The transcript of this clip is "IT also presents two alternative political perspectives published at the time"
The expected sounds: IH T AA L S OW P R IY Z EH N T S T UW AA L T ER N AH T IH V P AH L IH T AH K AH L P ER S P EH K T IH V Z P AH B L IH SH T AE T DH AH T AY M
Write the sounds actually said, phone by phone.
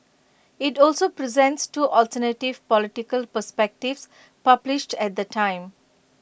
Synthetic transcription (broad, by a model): IH T AA L S OW P R IY Z EH N T S T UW AA L T ER N AH T IH V P AH L IH T AH K AH L P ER S P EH K T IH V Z P AH B L IH SH T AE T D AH T AY M